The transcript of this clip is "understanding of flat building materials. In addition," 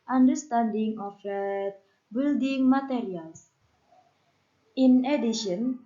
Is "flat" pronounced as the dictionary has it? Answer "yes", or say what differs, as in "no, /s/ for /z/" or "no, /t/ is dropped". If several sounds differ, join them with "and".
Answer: no, /l/ is dropped